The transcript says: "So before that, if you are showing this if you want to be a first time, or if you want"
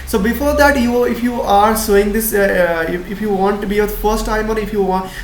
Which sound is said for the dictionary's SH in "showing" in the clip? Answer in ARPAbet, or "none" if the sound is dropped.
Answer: S